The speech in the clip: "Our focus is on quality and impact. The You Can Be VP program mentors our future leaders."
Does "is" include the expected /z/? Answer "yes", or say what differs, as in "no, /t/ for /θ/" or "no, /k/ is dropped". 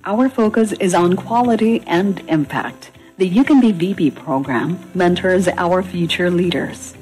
yes